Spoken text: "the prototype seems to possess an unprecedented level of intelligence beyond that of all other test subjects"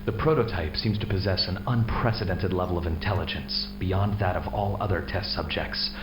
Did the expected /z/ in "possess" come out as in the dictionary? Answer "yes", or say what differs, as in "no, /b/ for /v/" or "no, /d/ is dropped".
yes